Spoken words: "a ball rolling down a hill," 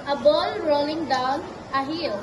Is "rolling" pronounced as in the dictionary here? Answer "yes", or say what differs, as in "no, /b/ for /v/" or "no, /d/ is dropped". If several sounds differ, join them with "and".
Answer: yes